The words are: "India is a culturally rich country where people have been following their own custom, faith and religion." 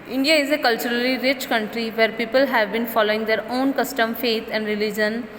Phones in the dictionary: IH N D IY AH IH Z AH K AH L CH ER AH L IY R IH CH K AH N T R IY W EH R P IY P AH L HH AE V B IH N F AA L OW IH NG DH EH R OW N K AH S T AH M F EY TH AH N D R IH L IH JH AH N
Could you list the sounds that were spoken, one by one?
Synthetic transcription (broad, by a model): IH N D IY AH IH Z AH K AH L CH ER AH L IY R IH CH K AH N T R IY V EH R P IY P AH L HH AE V B IH N F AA L OW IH NG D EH R OW N K AH S T AH M F EY T AH N D R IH L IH JH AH N